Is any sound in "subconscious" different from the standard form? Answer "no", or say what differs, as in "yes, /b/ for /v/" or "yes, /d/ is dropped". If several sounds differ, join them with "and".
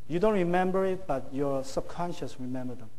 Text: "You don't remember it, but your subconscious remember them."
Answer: no